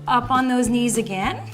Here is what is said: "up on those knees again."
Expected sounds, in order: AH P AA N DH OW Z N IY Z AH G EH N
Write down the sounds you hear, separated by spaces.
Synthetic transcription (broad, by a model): AH P N DH OW Z N IY Z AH G EH N